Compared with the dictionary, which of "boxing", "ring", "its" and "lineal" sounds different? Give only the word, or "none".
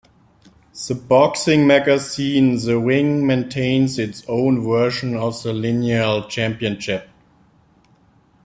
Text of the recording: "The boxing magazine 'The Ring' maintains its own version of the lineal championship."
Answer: ring